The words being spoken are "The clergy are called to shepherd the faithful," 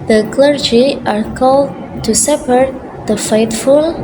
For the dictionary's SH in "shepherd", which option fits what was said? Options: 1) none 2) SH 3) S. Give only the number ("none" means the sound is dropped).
3